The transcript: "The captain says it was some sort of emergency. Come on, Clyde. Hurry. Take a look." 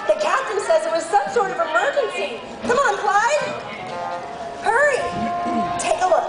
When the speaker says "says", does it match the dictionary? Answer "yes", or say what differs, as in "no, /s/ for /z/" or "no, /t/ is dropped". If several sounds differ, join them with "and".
yes